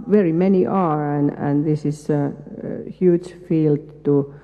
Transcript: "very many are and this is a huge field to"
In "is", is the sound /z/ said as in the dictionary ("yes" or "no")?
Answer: no